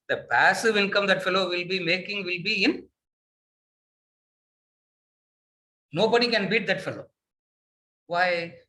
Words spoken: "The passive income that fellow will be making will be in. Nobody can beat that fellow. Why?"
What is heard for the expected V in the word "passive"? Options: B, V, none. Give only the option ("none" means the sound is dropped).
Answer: V